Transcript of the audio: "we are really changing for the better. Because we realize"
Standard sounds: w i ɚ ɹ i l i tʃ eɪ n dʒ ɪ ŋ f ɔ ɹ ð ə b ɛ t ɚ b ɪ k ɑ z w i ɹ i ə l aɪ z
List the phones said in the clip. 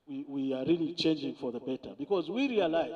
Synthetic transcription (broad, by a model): w i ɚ ɹ i l i tʃ eɪ n dʒ ɪ ŋ f ɔ ɹ ð ə b ɛ t ɚ b ɪ k ɑ z w i ɹ i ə l aɪ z